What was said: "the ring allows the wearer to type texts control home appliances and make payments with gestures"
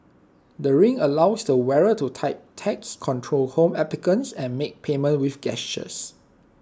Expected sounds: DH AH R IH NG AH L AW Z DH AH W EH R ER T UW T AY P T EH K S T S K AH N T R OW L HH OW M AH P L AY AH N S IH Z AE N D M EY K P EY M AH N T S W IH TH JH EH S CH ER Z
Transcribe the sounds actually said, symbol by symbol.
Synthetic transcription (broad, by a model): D AH R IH NG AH L AW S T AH W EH R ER T UW T AY P T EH K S S K AH N T R OW L HH OW M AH P L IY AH N S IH N M EY K P EY M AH N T W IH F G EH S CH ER S